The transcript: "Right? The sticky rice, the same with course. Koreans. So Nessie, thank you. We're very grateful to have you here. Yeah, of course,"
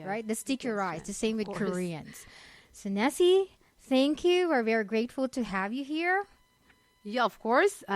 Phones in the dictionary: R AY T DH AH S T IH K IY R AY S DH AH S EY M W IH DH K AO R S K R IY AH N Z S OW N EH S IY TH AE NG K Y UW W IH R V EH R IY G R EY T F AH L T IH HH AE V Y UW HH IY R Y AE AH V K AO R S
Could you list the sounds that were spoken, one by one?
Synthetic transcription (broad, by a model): R AY T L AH S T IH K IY R AY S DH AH S EY M W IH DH K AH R R IY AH N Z S OW N EH S IY TH AE NG K Y UW W IH R V EH R IY G R EY T F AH L T IH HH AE V Y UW HH IY R Y AE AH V K AO R S